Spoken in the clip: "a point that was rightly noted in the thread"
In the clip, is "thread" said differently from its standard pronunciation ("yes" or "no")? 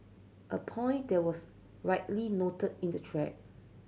yes